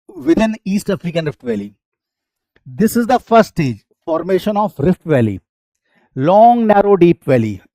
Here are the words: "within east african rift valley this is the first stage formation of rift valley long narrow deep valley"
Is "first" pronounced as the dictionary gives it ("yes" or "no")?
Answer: no